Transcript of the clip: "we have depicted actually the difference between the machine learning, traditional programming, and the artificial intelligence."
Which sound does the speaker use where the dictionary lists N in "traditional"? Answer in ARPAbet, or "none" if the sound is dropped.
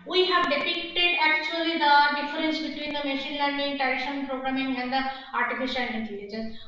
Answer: none